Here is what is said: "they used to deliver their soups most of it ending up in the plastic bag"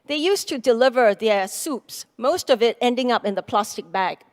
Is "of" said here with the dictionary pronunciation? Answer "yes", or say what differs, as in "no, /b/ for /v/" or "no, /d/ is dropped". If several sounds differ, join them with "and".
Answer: yes